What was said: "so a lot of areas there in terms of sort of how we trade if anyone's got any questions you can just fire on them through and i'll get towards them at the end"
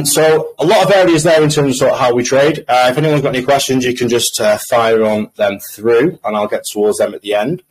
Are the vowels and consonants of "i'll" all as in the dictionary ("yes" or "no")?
yes